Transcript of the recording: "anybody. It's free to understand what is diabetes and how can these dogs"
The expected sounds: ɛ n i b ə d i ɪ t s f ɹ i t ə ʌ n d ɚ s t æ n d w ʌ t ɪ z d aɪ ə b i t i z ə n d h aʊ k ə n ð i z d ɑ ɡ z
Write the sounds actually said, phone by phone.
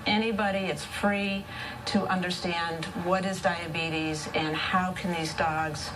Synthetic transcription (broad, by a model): ɛ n i b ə d i ɪ t s f ɹ i t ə ʌ n d ɚ s t æ n d w ʌ t ɪ z d aɪ ə b i t i z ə n h aʊ k n ð i z d ɑ ɡ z